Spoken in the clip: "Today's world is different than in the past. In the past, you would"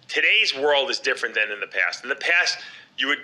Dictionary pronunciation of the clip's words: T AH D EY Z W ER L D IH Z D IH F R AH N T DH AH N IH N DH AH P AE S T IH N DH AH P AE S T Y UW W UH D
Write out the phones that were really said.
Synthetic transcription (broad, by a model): T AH D EY Z W ER L D IH Z D IH F R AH N DH AH N IH N DH AH P AE S T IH N DH AH P AE S T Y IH W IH D